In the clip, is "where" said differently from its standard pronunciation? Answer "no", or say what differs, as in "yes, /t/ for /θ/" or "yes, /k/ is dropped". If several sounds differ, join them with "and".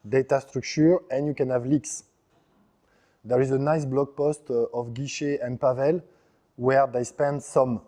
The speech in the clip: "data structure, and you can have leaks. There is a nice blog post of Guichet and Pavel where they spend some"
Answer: no